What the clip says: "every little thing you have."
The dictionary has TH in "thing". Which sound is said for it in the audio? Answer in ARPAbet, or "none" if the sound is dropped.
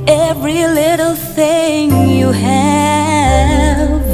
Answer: TH